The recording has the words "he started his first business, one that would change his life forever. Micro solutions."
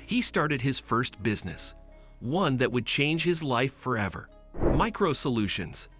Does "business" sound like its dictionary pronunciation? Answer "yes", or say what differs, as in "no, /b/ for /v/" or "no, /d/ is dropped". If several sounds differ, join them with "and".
yes